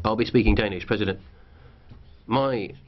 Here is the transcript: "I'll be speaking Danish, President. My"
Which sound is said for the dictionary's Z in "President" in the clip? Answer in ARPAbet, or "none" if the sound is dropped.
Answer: Z